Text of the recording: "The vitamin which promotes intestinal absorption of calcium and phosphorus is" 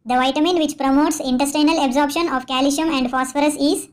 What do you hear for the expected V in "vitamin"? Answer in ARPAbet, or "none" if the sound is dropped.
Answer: V